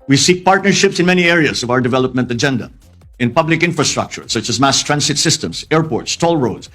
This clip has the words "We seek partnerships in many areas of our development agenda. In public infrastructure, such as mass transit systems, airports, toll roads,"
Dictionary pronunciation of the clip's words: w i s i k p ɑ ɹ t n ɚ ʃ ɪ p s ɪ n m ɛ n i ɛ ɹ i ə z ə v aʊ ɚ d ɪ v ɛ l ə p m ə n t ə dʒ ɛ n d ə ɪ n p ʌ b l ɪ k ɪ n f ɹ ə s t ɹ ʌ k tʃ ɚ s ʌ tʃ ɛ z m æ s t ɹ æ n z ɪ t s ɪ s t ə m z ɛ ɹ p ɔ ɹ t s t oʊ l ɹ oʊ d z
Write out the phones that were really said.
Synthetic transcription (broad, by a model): w i s i k p ɑ ɹ t n ɚ ʃ ɪ p s ɪ n m ɛ n i ɛ ɹ i ə z ə v aʊ ɚ d ɪ v ɛ l ə p m ə n t ə dʒ ɛ n d ə ɪ n p ʌ b l ɪ k ɪ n f ɹ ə s t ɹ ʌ k tʃ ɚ s ʌ tʃ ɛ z m æ s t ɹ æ n s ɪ t s ɪ s t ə m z ɛ ɹ p ɔ ɹ t s t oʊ l ɹ oʊ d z